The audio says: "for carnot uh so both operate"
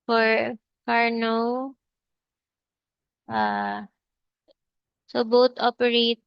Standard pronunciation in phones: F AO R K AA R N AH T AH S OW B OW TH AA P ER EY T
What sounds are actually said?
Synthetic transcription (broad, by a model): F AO R K AA R N AH T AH S OW B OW T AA P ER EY T